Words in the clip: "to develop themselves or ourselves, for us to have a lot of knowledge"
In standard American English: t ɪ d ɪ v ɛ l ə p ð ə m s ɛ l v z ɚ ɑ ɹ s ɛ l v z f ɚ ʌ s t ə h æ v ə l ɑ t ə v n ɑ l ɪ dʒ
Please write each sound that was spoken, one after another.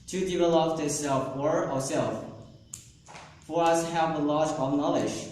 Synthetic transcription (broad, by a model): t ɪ d ɪ v ɛ l ə p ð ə s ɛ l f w ɚ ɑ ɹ s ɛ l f f ɚ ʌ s h æ v ə l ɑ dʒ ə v n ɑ l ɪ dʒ